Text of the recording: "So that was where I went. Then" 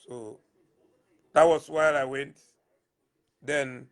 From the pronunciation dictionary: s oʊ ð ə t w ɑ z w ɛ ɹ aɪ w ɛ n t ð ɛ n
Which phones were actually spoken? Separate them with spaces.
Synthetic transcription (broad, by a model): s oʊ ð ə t w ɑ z w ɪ l aɪ w ɛ n t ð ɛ n